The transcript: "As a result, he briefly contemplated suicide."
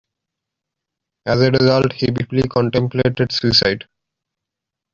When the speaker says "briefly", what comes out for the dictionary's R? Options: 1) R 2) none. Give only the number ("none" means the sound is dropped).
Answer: 2